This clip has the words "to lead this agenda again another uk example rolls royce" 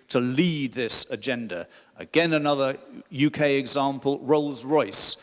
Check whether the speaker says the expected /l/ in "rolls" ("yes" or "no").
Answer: yes